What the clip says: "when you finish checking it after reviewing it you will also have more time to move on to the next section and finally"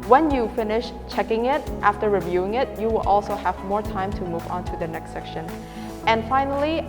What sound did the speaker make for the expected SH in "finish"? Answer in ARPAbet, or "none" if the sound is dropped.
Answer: SH